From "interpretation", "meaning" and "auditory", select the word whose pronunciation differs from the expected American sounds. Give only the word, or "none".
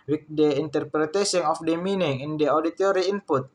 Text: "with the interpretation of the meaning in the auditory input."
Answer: interpretation